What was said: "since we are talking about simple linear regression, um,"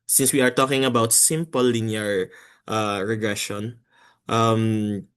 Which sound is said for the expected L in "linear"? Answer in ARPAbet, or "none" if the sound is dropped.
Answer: N